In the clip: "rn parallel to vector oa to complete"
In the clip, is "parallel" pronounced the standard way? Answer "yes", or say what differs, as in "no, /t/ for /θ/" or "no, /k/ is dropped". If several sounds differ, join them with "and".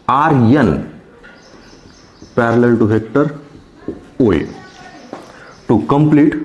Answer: yes